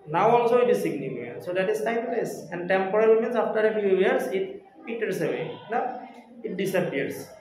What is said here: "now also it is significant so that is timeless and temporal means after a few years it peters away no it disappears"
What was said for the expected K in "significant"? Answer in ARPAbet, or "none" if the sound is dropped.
none